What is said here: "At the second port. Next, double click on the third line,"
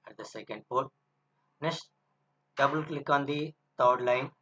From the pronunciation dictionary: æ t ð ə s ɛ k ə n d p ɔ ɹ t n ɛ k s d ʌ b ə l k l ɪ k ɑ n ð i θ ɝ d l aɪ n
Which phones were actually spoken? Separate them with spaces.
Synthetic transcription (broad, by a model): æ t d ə s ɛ k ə n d p ɔ ɹ t n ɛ s d ʌ b ə l k l ɪ k ɑ n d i t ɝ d l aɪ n